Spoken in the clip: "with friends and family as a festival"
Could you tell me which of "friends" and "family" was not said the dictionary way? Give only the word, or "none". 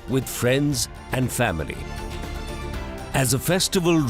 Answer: none